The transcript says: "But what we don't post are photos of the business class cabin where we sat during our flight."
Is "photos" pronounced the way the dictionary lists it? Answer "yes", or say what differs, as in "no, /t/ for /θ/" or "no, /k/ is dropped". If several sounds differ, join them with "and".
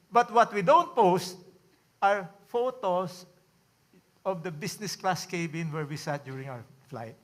no, /s/ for /z/